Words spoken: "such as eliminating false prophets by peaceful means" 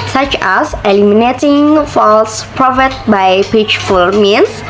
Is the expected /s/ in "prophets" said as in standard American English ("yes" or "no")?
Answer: no